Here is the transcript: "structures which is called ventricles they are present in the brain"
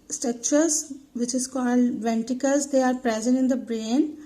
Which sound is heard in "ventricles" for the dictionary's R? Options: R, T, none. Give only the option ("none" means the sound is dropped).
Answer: none